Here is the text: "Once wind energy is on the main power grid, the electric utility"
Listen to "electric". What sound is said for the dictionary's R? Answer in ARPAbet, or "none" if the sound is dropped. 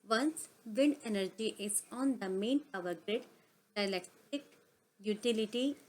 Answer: none